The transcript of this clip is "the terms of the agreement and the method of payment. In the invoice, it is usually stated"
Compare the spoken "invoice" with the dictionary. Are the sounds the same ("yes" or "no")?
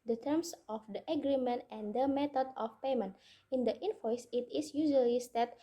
no